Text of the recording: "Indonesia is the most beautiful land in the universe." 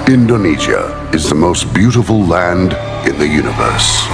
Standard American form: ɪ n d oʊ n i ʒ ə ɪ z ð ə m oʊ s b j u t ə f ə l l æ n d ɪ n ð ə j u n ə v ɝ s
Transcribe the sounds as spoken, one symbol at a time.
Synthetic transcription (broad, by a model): ɪ n d oʊ n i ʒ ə ɪ z ð ə m oʊ s b j u t ə f ə l l æ n d ɪ n ð ə j u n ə v ɝ s